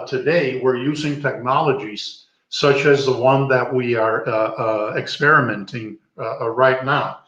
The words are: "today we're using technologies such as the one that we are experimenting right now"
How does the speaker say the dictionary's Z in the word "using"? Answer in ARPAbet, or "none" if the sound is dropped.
Z